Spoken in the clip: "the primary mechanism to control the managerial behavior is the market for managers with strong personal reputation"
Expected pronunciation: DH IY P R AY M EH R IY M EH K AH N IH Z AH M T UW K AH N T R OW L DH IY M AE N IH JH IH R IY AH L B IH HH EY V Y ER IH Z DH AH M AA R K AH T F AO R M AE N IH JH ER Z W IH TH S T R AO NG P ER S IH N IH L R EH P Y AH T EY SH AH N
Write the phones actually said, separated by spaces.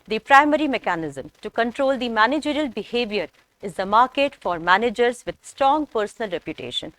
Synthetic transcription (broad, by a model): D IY P R AY M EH R IY M EH K AH N IH Z AH M T UW K AH N T R OW L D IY M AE N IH JH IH R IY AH L B IH HH EY V Y ER IH Z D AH M AA R K AH T F AO R M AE N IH JH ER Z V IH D S T R AO NG P ER S IH N IH L R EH P Y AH T EY SH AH N